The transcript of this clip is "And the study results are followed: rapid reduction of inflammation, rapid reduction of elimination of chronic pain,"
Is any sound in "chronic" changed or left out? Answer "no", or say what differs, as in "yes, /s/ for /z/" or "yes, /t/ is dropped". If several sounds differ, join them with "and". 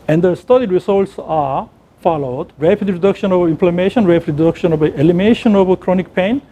no